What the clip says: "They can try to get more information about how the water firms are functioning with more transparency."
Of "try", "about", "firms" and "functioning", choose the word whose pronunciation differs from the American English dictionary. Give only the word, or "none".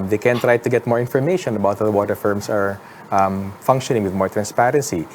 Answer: firms